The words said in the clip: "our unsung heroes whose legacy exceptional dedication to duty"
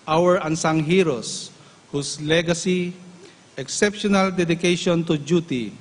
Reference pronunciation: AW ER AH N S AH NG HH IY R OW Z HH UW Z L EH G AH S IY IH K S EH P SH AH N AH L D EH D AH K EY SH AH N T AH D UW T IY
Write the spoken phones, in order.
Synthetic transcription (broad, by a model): AW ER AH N S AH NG HH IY R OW S HH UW S L EH G AH S IY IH K S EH P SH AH N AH L D EH D AH K EY SH AH N T AH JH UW T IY